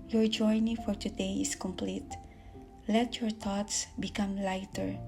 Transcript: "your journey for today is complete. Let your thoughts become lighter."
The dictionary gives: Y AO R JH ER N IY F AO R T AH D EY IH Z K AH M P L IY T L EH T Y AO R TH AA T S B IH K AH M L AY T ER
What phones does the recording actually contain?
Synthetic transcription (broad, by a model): Y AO R JH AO N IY F AO R T AH D EY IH S K AH M P L IY T L EH T Y AO R T AA T S B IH K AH M L AY T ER